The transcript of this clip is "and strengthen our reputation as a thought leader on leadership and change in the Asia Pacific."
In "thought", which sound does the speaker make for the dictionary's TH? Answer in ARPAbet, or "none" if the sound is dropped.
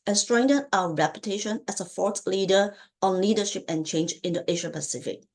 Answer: F